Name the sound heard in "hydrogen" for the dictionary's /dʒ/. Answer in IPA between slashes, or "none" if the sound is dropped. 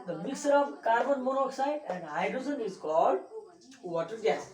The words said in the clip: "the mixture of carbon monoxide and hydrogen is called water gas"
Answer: /z/